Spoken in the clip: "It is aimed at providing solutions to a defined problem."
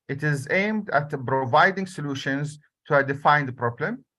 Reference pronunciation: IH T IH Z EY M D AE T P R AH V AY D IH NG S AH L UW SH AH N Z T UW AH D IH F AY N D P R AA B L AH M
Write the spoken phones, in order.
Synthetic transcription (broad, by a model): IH T IH Z EY M D AE T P R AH V AY D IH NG S AH L UW SH AH N Z T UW AH D IH F AY N D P R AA B L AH M